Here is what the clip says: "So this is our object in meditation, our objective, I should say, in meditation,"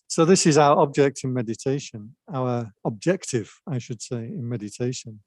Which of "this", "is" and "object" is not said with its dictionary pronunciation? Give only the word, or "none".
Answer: none